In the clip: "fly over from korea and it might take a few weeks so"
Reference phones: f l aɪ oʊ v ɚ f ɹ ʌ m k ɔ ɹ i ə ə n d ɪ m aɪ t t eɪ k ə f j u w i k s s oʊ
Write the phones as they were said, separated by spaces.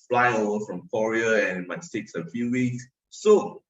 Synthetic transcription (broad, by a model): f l aɪ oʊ ɚ f ɹ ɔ m k ɔ ɹ i ə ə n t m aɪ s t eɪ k ə f j u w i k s s oʊ